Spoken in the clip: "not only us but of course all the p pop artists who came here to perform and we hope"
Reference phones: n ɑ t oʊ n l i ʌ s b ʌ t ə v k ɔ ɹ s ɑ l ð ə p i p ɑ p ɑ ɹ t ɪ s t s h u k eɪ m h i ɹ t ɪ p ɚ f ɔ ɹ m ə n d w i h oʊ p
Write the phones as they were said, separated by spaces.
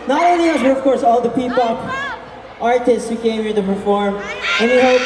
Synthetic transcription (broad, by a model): n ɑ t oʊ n i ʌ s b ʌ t ə v k ɔ ɹ s ɑ l ð ə p i p ɑ p ɑ ɹ t ɪ s t s h u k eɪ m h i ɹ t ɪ p ɚ f ɔ ɹ m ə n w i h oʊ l